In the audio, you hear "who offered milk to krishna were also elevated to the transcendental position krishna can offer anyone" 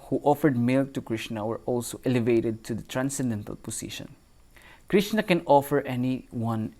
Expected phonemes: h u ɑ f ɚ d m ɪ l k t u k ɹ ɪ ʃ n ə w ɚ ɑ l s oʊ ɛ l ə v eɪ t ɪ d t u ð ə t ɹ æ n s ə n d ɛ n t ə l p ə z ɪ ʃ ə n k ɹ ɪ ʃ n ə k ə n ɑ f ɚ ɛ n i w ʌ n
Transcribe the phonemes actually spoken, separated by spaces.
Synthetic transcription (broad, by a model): h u ɑ f ɚ d m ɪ l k t u k ɹ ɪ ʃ n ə w ɚ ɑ l s oʊ ɛ l ə v eɪ t ɪ d t u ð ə t ɹ æ n s ə n d ɛ n t ə l p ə s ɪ ʃ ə n k ɹ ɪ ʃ n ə k ə n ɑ f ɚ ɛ n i w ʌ n